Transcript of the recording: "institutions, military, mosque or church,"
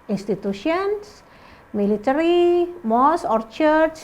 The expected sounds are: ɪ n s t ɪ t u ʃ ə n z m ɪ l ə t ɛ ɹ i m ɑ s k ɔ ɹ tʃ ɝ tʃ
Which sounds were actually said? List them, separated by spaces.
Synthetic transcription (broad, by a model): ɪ n s t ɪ t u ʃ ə n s m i l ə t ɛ ɹ i m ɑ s ɔ ɹ tʃ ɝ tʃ